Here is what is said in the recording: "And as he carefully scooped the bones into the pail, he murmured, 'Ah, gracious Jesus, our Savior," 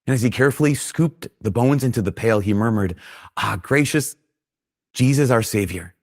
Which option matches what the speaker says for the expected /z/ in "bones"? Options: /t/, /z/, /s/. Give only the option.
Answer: /z/